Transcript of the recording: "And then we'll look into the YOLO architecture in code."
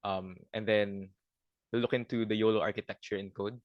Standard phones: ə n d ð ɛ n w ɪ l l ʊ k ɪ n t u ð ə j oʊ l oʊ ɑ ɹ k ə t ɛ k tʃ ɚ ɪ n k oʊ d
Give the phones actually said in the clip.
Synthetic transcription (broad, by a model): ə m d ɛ n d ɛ n l ʊ k ɪ n t u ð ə j oʊ l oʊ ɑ ɹ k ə t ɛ k tʃ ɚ ɪ n k oʊ d